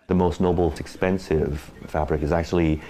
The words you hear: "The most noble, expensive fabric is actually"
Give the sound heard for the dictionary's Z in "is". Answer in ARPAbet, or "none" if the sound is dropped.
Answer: Z